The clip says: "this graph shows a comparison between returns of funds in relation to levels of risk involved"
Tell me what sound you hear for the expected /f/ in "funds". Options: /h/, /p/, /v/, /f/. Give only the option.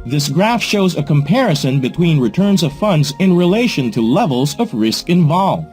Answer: /f/